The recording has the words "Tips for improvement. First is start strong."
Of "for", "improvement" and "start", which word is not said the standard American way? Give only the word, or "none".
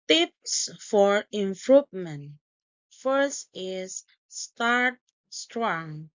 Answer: improvement